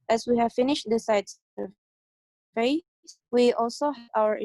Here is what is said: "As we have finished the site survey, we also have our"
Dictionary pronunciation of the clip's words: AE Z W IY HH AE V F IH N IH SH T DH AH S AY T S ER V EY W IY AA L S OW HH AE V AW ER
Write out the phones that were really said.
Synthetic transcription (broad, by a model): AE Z W IY HH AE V F IH N IH SH T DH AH S AY T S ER F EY W IY AA L S OW HH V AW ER